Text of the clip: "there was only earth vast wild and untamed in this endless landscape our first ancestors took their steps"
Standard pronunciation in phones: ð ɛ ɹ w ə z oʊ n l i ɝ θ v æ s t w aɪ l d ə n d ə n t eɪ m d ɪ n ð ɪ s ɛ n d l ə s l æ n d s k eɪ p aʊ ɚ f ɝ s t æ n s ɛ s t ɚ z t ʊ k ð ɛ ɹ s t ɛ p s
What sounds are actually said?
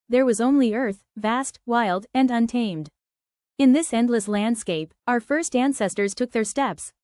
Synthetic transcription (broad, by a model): ð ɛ ɹ w ə z oʊ n l i ɝ θ v æ s t w aɪ l d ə n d ə n t eɪ m d ɪ n ð ɪ s ɛ n d l ə s l æ n d s k eɪ p aʊ ɚ f ɝ s t æ n s ɛ s t ɚ z t ʊ k ð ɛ ɹ s t ɛ p s